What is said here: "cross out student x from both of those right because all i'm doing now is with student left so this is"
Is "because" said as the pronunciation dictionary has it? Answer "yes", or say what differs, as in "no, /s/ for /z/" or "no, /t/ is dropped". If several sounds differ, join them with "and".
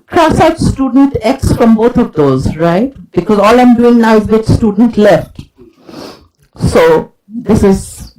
yes